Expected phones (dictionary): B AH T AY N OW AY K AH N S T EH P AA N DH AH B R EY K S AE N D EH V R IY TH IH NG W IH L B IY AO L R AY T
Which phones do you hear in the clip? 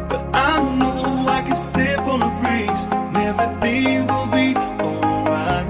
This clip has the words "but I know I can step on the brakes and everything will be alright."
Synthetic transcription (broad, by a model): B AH T AY N OW AY K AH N S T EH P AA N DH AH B R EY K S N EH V IY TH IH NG W IH L B IY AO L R AY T